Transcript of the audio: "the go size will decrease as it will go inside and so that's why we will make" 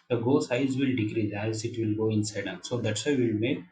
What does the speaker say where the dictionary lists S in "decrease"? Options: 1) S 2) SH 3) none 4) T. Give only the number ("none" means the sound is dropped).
3